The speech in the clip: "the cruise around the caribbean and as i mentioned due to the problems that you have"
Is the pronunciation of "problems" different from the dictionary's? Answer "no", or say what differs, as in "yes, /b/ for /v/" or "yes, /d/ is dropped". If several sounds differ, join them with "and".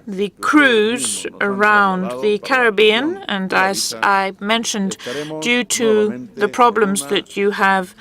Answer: no